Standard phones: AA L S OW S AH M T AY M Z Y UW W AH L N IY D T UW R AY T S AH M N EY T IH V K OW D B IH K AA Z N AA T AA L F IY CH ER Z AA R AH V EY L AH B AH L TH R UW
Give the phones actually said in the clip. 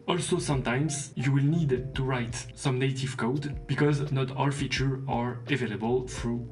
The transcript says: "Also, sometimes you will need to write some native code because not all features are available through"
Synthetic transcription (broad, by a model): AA L S OW S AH M T AY M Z Y UW W AH L N IY D T UW R AY T S AH M N EY T IH V K OW D B IH K AA Z N AA T AA L F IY CH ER AA R AH V EY L AH B AH L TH R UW